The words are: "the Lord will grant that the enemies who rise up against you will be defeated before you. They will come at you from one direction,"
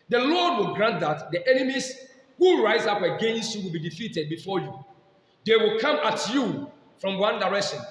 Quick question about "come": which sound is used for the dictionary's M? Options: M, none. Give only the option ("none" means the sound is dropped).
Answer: M